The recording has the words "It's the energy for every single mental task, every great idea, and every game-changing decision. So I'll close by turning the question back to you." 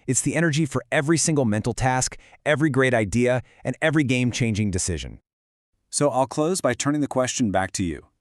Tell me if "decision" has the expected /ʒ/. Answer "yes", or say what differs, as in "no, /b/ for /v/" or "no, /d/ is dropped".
yes